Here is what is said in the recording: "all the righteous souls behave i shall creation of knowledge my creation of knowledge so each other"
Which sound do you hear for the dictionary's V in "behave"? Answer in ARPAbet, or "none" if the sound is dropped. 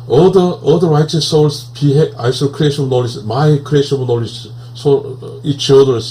none